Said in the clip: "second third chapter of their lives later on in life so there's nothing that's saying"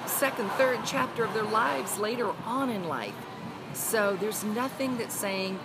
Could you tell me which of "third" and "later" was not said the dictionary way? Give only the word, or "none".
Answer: none